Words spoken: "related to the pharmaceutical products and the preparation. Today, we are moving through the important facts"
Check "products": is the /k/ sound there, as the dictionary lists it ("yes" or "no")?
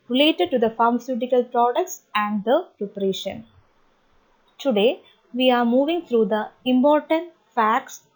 yes